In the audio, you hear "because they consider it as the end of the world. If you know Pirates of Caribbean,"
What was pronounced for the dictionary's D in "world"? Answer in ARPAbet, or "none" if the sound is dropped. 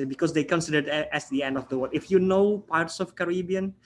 none